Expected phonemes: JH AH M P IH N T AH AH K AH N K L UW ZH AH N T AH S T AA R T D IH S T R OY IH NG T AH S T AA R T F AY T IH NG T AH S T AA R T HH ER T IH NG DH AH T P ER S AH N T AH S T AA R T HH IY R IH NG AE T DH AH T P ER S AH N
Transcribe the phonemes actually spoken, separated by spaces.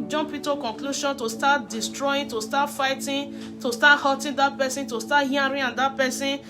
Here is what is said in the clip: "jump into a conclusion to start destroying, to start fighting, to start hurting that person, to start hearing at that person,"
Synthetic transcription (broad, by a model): JH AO P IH T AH K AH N K L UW SH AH N T AH S T AA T D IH S T R OY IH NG T AH S T AA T F AY T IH T AH S T AA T HH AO T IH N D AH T P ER S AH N T AH S T AA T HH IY R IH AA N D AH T P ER S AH N